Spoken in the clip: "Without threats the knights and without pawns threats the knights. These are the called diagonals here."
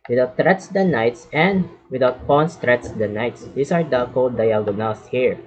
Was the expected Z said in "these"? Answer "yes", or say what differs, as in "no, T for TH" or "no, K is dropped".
no, S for Z